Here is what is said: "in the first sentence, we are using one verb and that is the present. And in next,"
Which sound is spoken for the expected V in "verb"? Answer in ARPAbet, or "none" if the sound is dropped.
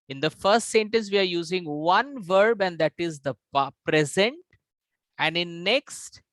V